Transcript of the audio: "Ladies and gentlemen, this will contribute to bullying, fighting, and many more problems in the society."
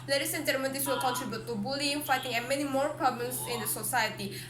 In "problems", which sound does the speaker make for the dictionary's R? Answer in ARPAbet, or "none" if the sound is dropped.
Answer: none